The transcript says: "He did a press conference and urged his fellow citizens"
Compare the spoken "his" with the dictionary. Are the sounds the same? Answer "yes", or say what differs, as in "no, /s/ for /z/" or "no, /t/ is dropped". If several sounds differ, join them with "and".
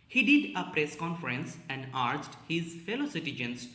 yes